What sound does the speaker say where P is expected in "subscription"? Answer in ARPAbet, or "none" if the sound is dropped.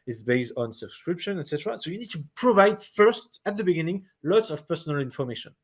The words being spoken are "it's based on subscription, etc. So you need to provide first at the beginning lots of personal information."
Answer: P